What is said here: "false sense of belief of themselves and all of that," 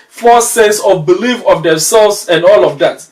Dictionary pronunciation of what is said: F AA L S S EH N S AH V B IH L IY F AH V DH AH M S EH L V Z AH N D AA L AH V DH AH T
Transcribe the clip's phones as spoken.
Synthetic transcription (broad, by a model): F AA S S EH S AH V B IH L IY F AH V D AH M S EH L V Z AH N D AA L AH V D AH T